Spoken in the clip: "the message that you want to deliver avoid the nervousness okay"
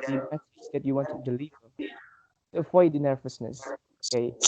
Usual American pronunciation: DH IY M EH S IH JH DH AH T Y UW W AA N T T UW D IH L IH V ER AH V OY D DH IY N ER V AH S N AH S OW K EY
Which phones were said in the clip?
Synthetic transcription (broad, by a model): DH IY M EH TH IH Z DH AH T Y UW W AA N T T UW D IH L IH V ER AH F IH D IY N ER V AH S N AH S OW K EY